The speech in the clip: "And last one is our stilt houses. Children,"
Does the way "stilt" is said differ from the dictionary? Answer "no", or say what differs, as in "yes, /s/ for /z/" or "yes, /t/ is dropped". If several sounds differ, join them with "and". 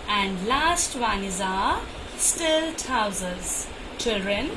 no